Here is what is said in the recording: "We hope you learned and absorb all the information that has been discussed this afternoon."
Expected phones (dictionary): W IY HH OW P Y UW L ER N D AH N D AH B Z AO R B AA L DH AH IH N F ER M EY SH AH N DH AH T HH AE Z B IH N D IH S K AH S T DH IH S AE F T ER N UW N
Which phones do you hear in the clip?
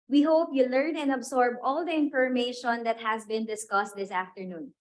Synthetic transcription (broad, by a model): W IY HH OW P Y UW L ER N AH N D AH B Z AO R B AA L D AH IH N F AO M EY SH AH N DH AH T HH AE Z B IH N D IH S K AH S T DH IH S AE F T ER N UW N